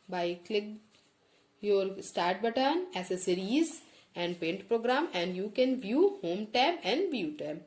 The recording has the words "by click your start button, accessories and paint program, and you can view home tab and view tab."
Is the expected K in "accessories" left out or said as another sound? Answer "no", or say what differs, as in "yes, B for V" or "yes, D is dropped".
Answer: yes, K is dropped